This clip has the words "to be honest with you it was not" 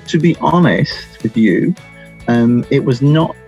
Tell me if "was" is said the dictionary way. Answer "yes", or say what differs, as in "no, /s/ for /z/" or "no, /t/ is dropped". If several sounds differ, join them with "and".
yes